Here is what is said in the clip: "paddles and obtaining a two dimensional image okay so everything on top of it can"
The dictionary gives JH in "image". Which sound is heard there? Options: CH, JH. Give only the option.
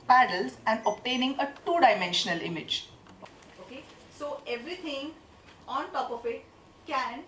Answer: JH